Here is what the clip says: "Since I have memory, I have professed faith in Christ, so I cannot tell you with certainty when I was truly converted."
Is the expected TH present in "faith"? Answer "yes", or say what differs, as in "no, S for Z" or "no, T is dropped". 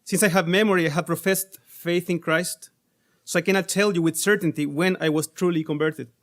yes